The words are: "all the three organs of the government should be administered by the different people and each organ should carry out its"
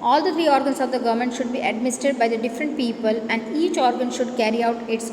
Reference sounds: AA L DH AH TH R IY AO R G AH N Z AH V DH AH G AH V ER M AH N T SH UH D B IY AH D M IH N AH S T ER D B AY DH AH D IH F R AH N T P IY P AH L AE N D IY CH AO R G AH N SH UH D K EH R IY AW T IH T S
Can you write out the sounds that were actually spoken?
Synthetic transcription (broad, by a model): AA L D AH T R IY AO R G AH N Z AH V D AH G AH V M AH N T SH UH D B IY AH D M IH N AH S T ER D B AY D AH D IH F R AH N T P IY P AH L AE N D IY CH AO R G AH N SH UH D K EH R IY AW T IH T S